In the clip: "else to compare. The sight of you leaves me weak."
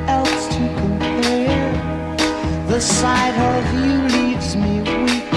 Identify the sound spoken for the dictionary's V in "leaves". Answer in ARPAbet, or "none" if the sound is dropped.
V